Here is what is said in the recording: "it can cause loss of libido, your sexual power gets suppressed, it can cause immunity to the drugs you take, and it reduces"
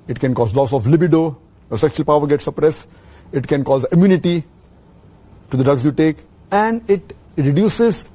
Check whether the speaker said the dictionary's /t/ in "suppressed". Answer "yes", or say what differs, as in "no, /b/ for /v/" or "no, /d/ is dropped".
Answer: no, /t/ is dropped